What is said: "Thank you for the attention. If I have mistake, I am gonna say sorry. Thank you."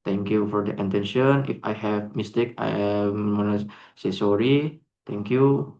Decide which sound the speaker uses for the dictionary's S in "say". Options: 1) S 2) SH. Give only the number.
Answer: 1